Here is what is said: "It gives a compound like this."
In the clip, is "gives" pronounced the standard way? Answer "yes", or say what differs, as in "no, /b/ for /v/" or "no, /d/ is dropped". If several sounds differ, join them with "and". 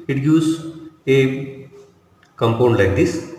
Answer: no, /v/ is dropped